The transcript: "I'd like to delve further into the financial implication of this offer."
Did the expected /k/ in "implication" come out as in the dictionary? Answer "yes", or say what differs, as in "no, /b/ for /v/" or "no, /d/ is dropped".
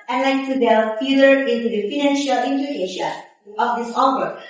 no, /k/ is dropped